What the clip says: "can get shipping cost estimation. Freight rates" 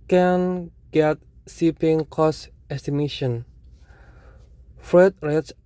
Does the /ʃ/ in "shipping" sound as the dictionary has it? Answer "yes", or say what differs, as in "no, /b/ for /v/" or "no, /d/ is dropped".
no, /s/ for /ʃ/